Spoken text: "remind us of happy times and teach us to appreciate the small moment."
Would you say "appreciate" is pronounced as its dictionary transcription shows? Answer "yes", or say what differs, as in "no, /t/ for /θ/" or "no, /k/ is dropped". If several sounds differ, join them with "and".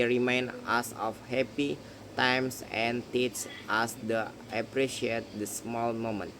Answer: yes